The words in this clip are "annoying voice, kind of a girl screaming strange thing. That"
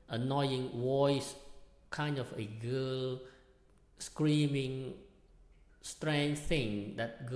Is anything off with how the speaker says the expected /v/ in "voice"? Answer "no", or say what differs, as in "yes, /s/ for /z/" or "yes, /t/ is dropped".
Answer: yes, /w/ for /v/